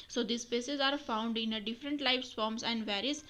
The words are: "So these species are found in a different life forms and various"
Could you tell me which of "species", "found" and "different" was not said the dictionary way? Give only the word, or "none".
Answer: species